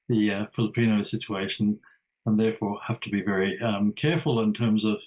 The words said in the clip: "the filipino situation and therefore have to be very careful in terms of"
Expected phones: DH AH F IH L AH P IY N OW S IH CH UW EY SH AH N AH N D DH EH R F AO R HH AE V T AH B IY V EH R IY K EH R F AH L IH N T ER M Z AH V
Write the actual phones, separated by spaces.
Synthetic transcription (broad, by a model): DH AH F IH L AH P IY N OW S IH CH UW EY SH AH N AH N DH EH R F AO R HH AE F T AH B IY V EH R IY K EH R F AH L IH N T ER M Z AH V